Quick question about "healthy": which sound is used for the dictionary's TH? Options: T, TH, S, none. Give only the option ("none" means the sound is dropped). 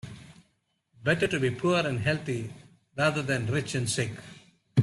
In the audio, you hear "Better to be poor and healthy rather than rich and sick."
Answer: T